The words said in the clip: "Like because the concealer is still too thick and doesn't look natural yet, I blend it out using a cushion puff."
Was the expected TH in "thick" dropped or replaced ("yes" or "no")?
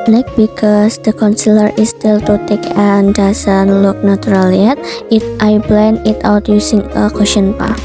yes